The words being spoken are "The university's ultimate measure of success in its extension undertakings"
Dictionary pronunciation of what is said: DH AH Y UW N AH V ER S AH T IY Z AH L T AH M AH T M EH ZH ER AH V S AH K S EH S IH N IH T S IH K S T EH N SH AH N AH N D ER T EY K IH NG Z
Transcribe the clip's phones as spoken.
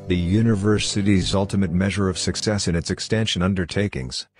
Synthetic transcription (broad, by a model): DH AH Y UW N AH V ER S AH T IY Z AH L T AH M AH T M EH ZH ER AH V S AH K S EH S IH N IH T S IH K S T EH N SH AH N AH N D ER T EY K IH NG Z